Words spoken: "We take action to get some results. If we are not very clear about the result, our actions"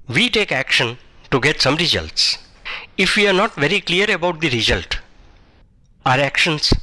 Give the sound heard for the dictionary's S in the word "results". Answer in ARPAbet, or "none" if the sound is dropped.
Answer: S